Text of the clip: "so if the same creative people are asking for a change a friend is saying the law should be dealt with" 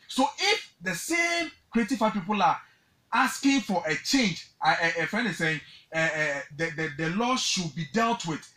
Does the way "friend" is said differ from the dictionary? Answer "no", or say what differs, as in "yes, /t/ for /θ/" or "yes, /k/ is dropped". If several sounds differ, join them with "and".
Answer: yes, /ɹ/ is dropped and /d/ is dropped